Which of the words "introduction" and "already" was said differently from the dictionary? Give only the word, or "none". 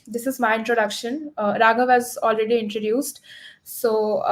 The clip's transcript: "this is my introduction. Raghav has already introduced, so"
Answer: none